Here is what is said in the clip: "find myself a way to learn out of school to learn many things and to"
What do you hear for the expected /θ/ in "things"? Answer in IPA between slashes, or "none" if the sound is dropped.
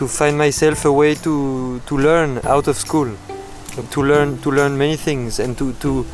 /θ/